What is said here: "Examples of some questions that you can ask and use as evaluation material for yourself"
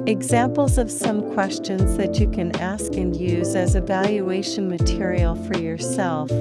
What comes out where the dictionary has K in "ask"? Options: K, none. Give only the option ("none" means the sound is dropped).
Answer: K